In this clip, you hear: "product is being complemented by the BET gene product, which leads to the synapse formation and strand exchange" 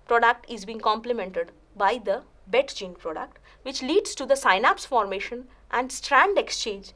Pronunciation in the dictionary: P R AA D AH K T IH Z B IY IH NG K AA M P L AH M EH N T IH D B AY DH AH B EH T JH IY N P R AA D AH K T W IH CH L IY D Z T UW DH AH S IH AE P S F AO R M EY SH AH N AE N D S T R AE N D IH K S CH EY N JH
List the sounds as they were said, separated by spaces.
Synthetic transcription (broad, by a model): P R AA D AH K T IH Z B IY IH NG K AA M P L AH M EH N T IH D B AY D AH B EH T JH IY N P R AA D AH K T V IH CH L IY D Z T UW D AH S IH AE P S F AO R M EY SH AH N AE N D S T R AE N D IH K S CH EY N JH